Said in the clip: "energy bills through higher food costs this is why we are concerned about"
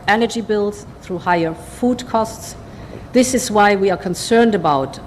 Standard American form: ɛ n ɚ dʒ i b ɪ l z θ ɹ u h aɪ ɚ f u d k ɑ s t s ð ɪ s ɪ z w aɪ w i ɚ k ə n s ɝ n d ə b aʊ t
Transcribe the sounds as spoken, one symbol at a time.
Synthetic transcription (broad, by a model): ɛ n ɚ dʒ i b ɪ l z θ ɹ u h aɪ ɚ f u d k ɑ s t s ð ɪ s ɪ z w aɪ w i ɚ k ə n s ɝ n d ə b aʊ t